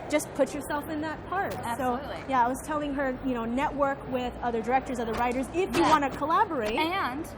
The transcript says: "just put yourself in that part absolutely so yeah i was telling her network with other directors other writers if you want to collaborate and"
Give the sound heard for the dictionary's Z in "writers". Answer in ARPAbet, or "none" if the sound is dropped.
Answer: Z